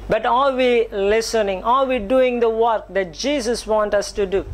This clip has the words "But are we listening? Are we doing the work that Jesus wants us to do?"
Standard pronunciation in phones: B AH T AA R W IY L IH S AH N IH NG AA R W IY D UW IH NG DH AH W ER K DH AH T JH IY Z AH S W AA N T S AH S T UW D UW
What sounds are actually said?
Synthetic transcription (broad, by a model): B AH T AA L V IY L IH S AH N IH NG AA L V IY D UW IH NG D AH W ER K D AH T JH IY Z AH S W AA N T AH S T UW D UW